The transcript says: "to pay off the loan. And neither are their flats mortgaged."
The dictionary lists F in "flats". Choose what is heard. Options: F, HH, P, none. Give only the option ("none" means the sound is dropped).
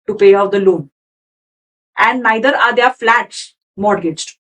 F